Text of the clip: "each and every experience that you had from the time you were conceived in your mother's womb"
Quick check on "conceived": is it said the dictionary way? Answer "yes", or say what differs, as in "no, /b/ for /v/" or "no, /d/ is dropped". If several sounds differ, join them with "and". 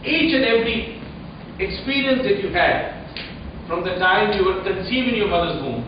no, /d/ is dropped